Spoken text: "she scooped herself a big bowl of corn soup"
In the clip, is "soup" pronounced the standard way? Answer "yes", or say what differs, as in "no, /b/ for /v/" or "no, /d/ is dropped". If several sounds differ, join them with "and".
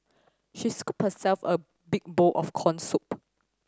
yes